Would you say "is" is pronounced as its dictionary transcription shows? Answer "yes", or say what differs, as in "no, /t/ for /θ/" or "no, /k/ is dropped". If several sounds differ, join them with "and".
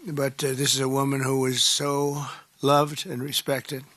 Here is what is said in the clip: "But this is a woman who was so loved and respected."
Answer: yes